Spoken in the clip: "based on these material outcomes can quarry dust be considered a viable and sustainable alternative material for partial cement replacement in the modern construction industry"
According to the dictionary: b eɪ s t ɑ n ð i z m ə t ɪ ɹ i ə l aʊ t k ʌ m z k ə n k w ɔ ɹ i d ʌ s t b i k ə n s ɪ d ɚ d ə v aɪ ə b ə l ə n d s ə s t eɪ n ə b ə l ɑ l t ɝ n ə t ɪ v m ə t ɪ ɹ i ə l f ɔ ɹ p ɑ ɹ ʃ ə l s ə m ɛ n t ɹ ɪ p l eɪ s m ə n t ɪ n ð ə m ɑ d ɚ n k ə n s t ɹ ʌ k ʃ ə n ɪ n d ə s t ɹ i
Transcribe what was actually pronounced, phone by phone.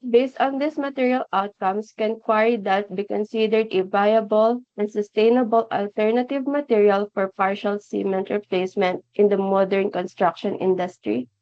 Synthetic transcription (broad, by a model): b eɪ s t ɑ n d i s m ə t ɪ ɹ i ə l aʊ t k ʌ m s k ə n k w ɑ ɹ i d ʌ t b i k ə n s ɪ d ɚ d ə v aɪ ə b ə l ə n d s ə s t eɪ n ə b ə l ɑ l t ɝ n ə t ɪ v m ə t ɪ ɹ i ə l f ɔ ɹ p ɑ ɹ ʃ ə l s ə m ɛ n t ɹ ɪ p l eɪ s m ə n t ɪ n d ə m ɑ d ɚ n k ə n s t ɹ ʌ k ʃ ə n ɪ n d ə s t ɹ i